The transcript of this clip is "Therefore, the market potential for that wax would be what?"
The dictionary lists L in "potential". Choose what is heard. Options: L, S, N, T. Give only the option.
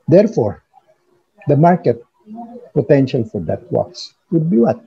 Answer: L